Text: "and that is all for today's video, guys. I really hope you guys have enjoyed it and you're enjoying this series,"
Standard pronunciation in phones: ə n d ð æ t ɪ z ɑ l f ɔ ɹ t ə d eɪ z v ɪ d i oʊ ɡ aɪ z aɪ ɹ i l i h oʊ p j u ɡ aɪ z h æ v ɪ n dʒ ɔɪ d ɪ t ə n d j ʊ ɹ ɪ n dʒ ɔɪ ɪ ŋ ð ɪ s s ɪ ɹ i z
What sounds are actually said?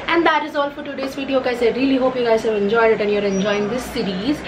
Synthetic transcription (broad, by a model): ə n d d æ t ɪ z ɑ l f ɔ ɹ t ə d eɪ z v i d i oʊ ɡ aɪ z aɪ ɹ i l i h oʊ p j u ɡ aɪ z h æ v ɪ n dʒ ɔɪ d ɪ t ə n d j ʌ ɹ ɪ n dʒ ɔɪ ɪ ŋ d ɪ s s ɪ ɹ i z